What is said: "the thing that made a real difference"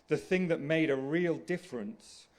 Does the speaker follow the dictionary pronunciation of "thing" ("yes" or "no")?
yes